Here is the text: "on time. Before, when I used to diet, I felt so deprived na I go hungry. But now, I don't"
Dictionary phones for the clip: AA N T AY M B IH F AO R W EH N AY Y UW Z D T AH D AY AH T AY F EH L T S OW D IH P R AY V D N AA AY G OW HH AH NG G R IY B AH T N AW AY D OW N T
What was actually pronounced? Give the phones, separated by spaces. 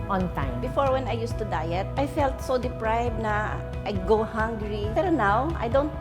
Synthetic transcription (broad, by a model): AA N T AY M B IH F AO R W EH N AY Y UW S T AH D AY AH T AY F EH L T S OW D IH P R AY B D N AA AY G OW HH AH NG G R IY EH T N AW AY D OW N T